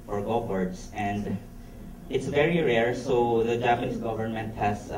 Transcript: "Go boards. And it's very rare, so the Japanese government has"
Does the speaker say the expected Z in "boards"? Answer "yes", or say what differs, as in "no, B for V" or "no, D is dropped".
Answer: no, S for Z